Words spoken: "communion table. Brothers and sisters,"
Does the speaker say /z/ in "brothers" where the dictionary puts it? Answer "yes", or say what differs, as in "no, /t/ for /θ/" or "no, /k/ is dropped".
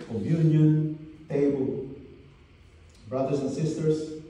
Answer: no, /s/ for /z/